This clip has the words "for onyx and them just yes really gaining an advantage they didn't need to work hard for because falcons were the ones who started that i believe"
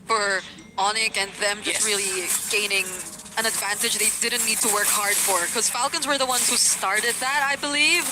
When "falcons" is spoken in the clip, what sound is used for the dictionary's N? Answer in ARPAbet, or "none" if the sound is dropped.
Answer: N